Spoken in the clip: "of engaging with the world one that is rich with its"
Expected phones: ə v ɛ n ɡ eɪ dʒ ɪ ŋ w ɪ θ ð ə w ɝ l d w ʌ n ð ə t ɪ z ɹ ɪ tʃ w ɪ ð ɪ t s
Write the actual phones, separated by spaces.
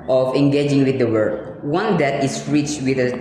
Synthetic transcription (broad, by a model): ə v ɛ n ɡ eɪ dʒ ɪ ŋ w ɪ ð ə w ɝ d w ʌ n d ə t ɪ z ɹ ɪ tʃ w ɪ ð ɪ